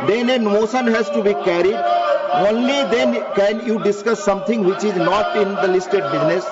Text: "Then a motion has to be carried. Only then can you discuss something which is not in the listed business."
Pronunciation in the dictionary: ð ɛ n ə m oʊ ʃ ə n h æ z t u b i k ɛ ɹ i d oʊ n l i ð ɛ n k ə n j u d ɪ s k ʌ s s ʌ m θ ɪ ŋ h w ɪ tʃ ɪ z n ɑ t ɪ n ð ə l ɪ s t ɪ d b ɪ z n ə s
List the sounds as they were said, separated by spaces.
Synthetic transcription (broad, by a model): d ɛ n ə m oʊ s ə n h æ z t u b i k ɛ ɹ i d oʊ n l i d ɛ n k ə n j u d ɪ s k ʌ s s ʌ m t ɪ ŋ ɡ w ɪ tʃ ɪ z n ɑ t ɪ n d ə l ɪ s t ɪ d b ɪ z n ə s